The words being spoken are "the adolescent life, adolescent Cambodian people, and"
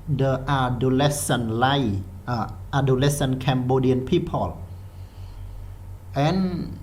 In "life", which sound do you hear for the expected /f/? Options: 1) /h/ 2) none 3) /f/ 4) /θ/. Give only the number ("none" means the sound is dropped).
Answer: 2